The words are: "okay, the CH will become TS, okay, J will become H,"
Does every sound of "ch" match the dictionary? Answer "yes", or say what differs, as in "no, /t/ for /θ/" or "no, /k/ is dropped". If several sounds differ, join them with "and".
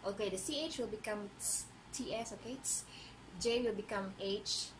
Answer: yes